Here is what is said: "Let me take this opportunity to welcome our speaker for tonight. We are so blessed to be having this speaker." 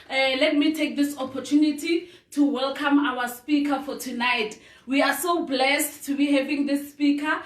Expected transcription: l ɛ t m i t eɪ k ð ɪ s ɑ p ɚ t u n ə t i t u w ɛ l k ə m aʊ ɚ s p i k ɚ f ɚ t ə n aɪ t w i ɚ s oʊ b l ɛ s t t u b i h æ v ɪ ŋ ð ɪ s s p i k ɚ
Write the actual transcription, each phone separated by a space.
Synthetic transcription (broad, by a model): l ɛ t m i t eɪ k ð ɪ s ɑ p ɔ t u n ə t i t u w ɛ l k ə m aʊ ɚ s p i k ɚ f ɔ t ə n aɪ t w i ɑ s oʊ b l ɛ s t t u b i h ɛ v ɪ ŋ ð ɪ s s p i k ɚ